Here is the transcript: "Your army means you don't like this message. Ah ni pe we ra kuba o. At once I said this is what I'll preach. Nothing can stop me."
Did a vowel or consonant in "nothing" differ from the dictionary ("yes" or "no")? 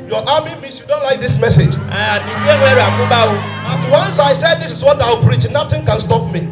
yes